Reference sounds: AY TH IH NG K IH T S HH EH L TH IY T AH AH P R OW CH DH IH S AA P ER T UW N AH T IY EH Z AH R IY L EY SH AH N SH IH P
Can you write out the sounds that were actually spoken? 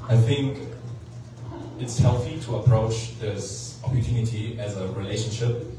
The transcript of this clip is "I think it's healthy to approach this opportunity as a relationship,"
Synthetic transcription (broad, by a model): AY TH IH NG K IH T S HH EH L TH IY T AH AH P R OW CH DH IH S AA P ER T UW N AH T IY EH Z AH R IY L EY SH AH N SH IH P